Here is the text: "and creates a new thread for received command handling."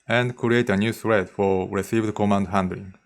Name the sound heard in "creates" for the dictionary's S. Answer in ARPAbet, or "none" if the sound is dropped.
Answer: none